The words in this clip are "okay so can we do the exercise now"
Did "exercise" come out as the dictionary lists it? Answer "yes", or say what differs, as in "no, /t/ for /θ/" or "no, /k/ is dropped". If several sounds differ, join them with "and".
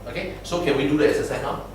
no, /k/ is dropped and /z/ is dropped